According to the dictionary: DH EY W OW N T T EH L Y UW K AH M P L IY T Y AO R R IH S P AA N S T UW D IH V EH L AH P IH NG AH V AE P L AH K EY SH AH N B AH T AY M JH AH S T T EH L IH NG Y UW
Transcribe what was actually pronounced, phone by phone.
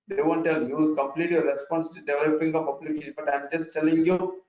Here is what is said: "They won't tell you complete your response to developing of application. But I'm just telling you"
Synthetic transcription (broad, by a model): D EY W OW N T T EH L Y UW K AH M P L IY T Y AO R R IH S P AA N S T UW D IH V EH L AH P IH NG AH P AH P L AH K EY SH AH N B AH T AY M JH AH S T T EH L IH NG Y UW